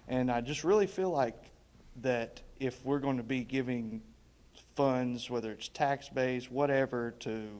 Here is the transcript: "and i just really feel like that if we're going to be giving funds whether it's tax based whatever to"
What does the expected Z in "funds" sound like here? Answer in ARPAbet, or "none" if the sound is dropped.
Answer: Z